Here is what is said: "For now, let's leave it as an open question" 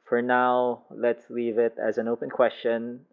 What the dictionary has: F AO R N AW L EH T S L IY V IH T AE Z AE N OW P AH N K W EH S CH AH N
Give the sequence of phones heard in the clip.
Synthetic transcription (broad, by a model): F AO R N AW L EH T S L IY V IH T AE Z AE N OW P AH N K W EH S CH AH N